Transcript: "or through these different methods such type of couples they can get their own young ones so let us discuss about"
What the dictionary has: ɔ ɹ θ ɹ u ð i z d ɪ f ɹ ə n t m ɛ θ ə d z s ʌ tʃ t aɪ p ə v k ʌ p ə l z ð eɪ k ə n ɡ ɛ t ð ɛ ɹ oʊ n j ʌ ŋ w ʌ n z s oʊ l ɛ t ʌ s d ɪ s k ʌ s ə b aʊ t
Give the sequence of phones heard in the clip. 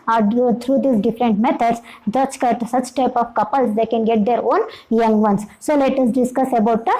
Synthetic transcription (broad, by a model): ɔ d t ɹ u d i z d ɪ f ɹ ə n t m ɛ t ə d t s ʌ tʃ t aɪ p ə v k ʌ p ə l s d eɪ k ə n ɡ ɛ t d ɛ ɹ oʊ n j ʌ ŋ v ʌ n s s oʊ l ɛ t ʌ s d ɪ s k ʌ s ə b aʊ t